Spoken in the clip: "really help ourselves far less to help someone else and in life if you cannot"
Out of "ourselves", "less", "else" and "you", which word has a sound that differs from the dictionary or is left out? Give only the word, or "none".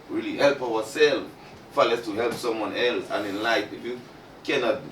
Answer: ourselves